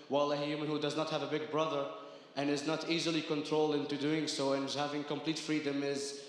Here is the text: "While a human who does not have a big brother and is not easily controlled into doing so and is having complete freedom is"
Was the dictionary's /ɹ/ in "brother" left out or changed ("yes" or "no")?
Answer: no